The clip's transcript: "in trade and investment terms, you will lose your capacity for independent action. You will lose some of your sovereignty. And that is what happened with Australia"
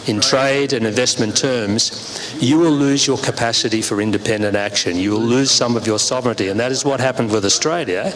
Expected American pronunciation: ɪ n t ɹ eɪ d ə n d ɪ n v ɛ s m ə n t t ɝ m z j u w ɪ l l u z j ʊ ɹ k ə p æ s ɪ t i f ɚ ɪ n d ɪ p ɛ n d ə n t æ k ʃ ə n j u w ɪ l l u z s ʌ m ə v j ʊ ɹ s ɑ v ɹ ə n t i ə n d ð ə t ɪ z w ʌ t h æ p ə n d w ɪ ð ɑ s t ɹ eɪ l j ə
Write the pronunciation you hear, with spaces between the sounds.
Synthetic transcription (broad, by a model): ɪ n t ɹ eɪ d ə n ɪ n v ɛ s m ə n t t ɝ m z j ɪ w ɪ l l u z j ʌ ɹ k ə p æ s ɪ t i f ɚ ɪ n d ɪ p ɛ n d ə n t æ k ʃ ə n j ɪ w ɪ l l u z s ʌ m ə v j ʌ ɹ s ɑ v ɹ ə n t i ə n ð ə t ɪ z w ʌ t h æ p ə n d w ɪ ð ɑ s t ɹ eɪ l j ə